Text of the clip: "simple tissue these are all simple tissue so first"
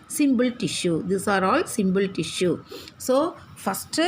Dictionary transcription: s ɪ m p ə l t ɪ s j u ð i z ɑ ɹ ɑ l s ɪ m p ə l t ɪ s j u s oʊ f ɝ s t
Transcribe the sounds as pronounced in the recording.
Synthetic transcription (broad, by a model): s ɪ m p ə l t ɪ ʃ j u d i s ɑ ɹ ɑ l s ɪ m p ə l t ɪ ʃ j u s oʊ f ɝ s t